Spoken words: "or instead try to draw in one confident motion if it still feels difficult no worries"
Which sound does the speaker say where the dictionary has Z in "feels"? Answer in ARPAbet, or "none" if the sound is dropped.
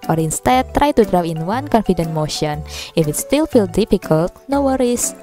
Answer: none